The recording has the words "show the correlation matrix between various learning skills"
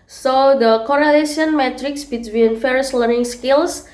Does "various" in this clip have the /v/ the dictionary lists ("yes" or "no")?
no